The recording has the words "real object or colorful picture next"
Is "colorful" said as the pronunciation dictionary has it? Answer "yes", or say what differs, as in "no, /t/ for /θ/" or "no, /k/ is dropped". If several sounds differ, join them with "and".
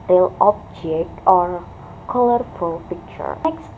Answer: yes